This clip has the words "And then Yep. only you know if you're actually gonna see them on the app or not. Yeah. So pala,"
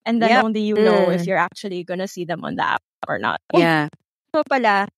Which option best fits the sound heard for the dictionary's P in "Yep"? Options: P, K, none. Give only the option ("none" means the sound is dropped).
none